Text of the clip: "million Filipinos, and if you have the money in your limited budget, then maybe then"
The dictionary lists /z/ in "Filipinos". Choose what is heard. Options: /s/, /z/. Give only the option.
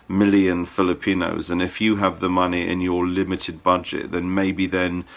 /z/